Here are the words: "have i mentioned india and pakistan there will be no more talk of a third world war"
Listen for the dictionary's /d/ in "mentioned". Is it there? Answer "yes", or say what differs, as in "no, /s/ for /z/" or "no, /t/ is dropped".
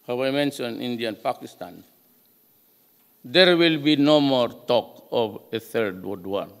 no, /d/ is dropped